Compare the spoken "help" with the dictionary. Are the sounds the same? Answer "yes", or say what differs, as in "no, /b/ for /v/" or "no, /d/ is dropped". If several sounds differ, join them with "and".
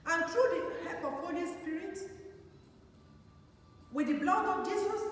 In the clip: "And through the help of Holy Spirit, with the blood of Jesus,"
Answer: no, /l/ is dropped